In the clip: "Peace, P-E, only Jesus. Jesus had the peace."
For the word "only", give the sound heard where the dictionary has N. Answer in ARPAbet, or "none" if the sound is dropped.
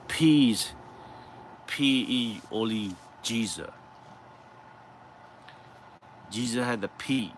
none